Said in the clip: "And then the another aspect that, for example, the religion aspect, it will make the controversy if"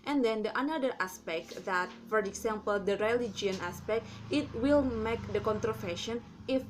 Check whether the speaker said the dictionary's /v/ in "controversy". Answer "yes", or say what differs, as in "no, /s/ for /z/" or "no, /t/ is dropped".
no, /f/ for /v/